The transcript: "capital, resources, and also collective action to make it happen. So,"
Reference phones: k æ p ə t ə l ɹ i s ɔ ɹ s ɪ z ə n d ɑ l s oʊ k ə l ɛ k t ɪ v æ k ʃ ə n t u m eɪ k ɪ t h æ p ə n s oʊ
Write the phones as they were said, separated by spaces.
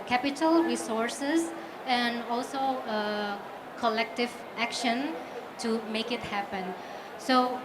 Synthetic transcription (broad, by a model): k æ p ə t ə l ɹ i s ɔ ɹ s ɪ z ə n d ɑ l s oʊ k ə l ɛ k t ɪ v æ k ʃ ə n t u m eɪ k ɪ t h æ p ə n s oʊ